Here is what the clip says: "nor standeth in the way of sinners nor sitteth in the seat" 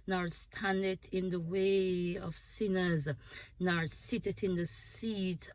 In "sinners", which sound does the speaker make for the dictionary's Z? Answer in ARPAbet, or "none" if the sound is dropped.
Z